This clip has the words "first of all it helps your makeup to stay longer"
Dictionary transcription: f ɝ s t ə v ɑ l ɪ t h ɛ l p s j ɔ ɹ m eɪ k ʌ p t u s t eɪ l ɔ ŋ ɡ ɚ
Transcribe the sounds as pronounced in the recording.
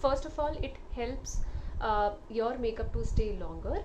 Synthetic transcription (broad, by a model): f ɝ s t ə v ɑ l ɪ t h ɛ l p s j ɔ ɹ m eɪ k ʌ p t u s t eɪ l ɔ ŋ ɡ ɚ